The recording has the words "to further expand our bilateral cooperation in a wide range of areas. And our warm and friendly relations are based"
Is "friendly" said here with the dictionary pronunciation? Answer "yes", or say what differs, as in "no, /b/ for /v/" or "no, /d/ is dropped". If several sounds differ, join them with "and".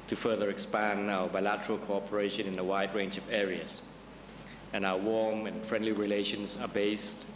yes